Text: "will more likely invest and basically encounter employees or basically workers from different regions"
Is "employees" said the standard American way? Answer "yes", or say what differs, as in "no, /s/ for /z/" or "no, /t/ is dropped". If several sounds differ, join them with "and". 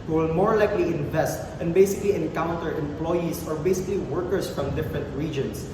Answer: no, /s/ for /z/